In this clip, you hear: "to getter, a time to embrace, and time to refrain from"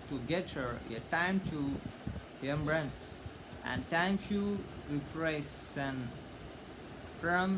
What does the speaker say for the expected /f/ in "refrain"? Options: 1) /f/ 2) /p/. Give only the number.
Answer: 2